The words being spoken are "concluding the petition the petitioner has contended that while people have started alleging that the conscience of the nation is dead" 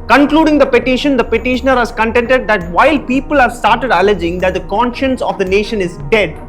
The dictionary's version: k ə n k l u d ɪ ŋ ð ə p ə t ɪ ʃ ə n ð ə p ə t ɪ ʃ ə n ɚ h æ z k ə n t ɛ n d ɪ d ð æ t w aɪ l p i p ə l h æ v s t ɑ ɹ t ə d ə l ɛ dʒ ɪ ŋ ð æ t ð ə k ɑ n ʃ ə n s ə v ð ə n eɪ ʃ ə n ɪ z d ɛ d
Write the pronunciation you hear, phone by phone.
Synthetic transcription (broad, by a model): k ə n k l u d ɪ ŋ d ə p ə t ɪ ʃ ə n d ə p ə t ɪ ʃ ə n ɚ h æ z k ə n t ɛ n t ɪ d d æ t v aɪ l p i p ə l h æ v s t ɑ ɹ t ə d ə l ɛ dʒ ɪ ŋ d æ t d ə k ɑ n ʃ ə n s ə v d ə n eɪ ʃ ə n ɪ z d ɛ d